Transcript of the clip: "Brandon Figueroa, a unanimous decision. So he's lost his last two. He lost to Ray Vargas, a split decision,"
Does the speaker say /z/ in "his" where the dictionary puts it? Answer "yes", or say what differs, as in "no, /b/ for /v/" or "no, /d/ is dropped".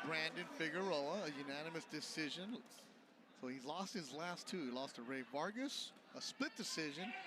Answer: yes